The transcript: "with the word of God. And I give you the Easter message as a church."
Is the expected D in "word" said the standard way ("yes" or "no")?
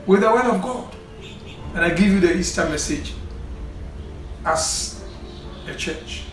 no